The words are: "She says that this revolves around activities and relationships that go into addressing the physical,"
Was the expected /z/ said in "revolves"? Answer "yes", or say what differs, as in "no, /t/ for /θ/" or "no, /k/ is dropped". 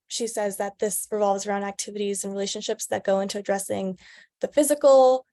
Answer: yes